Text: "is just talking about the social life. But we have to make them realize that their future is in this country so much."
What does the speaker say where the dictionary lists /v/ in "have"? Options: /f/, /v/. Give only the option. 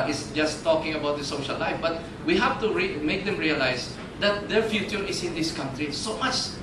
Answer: /f/